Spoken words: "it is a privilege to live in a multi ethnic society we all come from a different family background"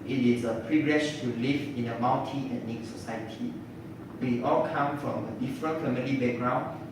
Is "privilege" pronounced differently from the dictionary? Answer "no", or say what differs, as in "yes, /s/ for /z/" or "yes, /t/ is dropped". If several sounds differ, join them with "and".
yes, /ʃ/ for /dʒ/